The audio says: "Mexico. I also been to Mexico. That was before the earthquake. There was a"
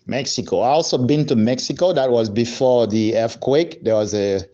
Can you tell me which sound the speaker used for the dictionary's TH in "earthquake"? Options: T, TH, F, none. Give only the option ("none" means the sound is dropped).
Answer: F